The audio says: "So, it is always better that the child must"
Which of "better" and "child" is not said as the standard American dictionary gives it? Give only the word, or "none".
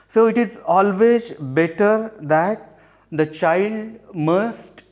none